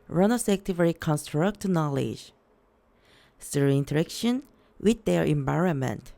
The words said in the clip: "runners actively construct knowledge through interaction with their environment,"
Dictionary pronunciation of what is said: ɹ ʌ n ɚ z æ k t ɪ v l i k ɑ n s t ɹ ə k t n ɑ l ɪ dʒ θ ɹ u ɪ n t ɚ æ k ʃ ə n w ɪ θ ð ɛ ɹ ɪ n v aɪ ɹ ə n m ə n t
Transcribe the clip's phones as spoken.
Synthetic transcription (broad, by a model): ɹ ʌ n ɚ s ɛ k t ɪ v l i k ɑ n s t ɹ ə k t n ɑ l ɪ dʒ s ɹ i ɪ n t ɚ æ k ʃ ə n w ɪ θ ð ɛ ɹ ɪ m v aɪ ɹ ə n m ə n t